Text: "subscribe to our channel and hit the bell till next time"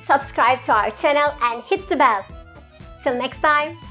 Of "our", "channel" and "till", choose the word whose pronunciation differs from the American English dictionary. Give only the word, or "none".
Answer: none